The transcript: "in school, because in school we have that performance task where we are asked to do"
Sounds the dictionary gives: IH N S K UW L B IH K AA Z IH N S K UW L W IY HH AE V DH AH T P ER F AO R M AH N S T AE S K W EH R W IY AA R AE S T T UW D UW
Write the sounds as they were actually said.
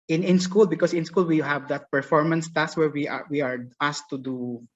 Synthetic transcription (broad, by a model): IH N S K UW L B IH K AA S IH N S K UW L W IY HH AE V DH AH T P ER F AO R M AH N S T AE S W EH R W IY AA W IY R T T UW D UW